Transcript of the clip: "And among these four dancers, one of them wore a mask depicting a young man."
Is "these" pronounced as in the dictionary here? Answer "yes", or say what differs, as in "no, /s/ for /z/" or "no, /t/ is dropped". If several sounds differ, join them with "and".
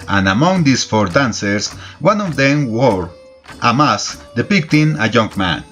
no, /s/ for /z/